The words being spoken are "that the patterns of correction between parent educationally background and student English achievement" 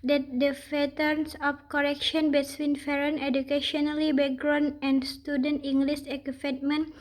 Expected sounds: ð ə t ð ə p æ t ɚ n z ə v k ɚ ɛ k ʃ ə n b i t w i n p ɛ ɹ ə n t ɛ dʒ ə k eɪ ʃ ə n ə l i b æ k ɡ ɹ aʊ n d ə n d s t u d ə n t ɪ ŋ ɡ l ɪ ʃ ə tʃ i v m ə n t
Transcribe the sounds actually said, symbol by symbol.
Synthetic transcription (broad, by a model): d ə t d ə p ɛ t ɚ n s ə f k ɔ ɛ k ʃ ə n b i s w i n f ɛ ɹ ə n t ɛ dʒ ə k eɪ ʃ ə n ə l i b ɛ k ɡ ɹ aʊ n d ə n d s t u d ə n t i ŋ ɡ l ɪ s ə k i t m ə n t